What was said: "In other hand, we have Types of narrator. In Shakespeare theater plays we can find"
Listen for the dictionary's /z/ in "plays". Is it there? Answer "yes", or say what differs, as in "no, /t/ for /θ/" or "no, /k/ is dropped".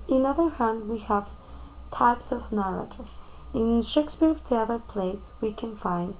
no, /s/ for /z/